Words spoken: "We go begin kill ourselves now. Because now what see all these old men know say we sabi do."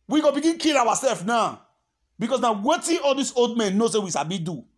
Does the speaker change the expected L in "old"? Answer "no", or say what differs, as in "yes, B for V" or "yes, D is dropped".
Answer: no